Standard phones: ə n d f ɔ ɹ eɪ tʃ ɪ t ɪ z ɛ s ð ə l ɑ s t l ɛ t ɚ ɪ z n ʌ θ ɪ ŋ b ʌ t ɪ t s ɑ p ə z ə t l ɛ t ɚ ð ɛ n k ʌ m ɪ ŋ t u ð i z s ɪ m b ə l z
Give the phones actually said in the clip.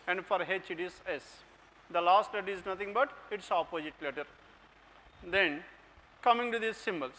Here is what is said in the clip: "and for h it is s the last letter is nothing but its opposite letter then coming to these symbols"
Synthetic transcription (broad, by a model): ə n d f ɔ ɹ eɪ tʃ ɪ t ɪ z ɛ s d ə l ɑ s t l ɛ t ɚ ɪ z n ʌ t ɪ ŋ b ʌ t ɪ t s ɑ p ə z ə t l ɛ t ɚ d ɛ n k ʌ m ɪ ŋ t u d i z s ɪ m b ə l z